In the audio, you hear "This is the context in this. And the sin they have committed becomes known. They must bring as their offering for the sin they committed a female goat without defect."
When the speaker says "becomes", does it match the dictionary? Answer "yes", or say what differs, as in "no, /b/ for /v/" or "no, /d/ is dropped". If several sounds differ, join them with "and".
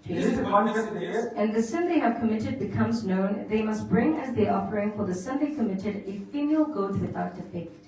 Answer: yes